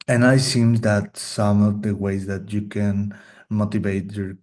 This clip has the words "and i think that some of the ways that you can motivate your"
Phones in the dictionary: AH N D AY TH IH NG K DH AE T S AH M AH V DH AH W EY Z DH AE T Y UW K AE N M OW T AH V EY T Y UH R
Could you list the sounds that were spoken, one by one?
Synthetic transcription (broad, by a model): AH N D AY S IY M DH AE T S AH M AH V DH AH W EY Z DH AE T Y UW K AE N M OW T AH V EY T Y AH R